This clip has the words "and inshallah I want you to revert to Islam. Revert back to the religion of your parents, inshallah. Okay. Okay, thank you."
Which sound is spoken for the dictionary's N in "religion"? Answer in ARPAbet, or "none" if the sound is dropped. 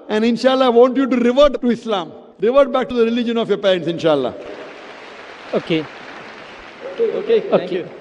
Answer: N